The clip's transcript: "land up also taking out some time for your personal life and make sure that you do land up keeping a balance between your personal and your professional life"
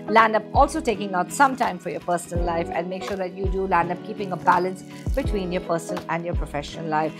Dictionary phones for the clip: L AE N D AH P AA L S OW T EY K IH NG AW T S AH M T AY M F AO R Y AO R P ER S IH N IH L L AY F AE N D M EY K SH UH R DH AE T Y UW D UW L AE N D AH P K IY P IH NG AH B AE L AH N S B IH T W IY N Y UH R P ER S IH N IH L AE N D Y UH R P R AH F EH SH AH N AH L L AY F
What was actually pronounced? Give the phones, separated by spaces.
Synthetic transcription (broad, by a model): L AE N D AH P AA L S OW T EY K IH NG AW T S AH M T AY M F AO R Y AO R P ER S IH N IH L L AY F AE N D M EY K SH UH R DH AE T Y UW D UW L AE N D AH P K IY P IH NG AH B AE L AH N S B IH T W IY N Y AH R P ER S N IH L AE N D Y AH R P R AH F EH SH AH N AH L L AY F